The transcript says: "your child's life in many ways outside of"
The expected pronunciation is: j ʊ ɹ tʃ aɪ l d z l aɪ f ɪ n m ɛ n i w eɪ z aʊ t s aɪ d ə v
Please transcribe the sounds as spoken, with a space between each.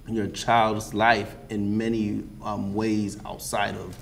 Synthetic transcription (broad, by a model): j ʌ ɹ tʃ aɪ l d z l aɪ f ɪ n m ɛ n i w eɪ z aʊ t s aɪ d ə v